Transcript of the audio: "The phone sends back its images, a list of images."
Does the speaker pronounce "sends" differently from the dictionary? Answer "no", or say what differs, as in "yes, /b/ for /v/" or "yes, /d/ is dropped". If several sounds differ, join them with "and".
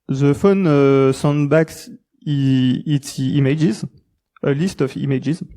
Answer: yes, /z/ is dropped